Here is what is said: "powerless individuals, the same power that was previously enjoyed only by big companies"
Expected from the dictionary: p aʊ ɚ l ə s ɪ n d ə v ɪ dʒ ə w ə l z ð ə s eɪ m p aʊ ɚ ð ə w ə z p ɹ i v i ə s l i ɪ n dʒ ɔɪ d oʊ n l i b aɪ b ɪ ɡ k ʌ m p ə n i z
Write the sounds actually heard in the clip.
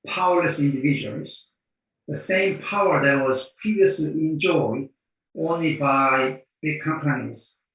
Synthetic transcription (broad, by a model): p aʊ ɚ l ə s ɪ n d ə v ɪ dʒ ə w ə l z ð ə s eɪ m p aʊ ɚ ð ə w ə z p ɹ i v i ə s l i ɪ n dʒ ɔɪ d oʊ n l i b aɪ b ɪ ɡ k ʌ m p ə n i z